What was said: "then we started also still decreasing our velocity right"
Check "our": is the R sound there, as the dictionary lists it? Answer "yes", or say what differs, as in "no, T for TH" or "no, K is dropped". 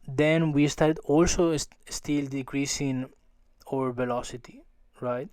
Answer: yes